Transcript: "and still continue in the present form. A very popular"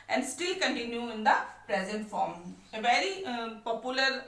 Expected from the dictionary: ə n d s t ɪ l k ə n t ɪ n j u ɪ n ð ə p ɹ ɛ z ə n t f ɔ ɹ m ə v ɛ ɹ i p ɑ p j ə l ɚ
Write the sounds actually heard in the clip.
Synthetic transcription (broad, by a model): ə n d s t ɪ l k ə n t ɪ n j u ɪ n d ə p ɹ ɛ z ə n t f ɔ ɹ m ə v ɛ ɹ i p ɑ p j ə l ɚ